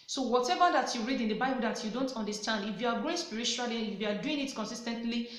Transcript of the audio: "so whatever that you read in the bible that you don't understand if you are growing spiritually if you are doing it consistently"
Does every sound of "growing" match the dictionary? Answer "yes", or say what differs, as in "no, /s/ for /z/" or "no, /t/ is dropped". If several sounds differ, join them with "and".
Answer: no, /ɹ/ is dropped